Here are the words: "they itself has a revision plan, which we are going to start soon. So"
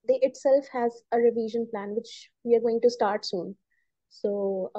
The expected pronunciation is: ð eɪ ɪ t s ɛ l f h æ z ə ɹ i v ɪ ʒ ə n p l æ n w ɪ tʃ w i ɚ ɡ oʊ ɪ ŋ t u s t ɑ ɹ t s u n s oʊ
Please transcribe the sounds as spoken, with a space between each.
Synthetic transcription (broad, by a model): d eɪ ɪ t s ɛ l f h æ z ə ɹ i v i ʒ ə n p l æ n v ɪ tʃ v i ɚ ɡ oʊ ɪ ŋ t u s t ɑ ɹ t s u n s oʊ